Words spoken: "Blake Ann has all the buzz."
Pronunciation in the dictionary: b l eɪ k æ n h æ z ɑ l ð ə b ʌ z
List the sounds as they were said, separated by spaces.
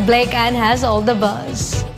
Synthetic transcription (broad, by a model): b l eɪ k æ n h æ z ɑ l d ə b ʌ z